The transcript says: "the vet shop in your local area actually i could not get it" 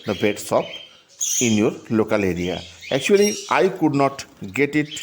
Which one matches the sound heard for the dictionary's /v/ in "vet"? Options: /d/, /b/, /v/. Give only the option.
/b/